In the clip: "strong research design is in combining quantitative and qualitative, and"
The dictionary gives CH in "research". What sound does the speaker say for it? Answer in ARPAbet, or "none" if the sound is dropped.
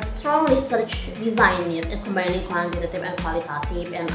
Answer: CH